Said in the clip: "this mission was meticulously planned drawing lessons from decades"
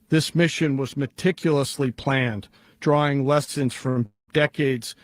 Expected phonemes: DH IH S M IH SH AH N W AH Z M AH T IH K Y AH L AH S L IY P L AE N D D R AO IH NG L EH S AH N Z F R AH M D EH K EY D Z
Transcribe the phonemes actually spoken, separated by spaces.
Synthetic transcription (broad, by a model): DH IH S M IH SH AH N W AH Z M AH T IH K Y L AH S L IY P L AE N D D R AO IH NG L EH S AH N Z F R AH M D EH K EY D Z